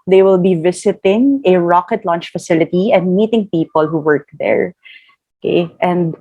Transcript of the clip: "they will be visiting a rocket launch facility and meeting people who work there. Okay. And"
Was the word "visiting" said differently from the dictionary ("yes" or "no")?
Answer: yes